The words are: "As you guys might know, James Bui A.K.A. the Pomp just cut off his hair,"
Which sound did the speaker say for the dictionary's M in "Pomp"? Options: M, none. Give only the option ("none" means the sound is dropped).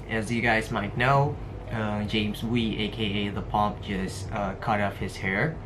M